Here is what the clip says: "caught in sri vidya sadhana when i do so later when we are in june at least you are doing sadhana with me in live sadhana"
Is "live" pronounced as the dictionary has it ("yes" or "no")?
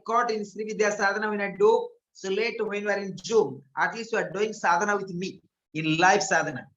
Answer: no